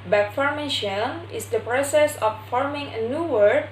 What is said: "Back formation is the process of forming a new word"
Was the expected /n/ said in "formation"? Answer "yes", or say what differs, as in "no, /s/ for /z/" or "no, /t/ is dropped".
no, /l/ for /n/